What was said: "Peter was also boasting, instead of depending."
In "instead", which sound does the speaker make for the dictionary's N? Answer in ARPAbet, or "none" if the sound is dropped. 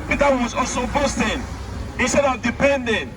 N